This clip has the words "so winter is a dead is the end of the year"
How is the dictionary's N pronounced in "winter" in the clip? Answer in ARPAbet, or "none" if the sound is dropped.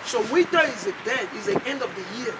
none